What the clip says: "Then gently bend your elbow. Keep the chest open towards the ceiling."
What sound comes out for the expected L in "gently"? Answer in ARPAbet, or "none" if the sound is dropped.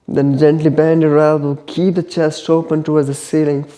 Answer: L